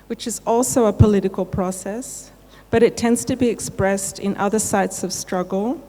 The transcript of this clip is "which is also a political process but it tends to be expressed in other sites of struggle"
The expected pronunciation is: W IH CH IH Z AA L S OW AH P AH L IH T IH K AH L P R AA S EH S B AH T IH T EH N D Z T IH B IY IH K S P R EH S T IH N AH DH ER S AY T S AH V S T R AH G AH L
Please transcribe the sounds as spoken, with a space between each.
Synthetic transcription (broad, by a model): W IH CH IH Z AA L S OW AH P AH L IH T IH K AH L P R AA S EH S B AH T IH T EH N D Z T IH B IY IH K S P R EH S T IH N AH DH ER S AY T S AH V S T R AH G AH L